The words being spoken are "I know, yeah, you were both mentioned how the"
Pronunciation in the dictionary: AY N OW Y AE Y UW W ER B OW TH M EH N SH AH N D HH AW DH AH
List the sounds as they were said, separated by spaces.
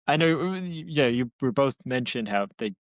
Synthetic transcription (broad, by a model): AY N OW Y AE Y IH W ER B OW TH M EH N SH AH N D HH AW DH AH